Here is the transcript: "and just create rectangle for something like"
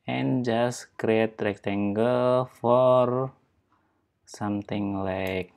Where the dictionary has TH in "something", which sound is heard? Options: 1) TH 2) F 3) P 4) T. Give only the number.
4